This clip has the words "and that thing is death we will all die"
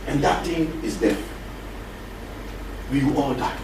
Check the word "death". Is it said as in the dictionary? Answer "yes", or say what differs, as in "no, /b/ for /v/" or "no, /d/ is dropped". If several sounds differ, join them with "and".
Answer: no, /f/ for /θ/